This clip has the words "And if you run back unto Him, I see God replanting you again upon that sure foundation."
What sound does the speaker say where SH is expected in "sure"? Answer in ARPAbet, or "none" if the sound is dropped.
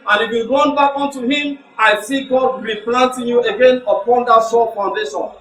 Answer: S